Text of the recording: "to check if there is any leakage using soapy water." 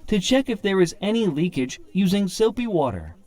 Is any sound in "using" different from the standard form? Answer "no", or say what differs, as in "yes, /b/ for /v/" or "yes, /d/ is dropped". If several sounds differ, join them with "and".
no